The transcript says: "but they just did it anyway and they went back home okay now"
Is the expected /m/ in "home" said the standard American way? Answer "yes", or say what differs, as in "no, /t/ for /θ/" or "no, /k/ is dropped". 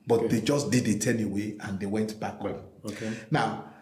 no, /m/ is dropped